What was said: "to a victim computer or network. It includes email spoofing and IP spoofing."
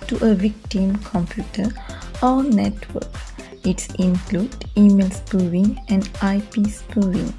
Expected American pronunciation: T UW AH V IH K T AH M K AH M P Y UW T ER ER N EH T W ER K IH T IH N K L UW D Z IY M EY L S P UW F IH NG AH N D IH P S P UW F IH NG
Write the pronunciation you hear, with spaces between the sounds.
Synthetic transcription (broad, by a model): T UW AH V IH K T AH M K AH M P Y UW T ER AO N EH T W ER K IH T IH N K L UW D IY M EY L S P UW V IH NG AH N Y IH P S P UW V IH NG